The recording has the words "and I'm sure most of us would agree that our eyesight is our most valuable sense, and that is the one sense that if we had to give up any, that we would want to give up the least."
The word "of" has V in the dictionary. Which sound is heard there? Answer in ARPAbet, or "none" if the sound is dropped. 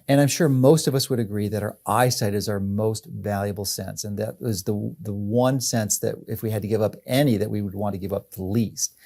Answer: V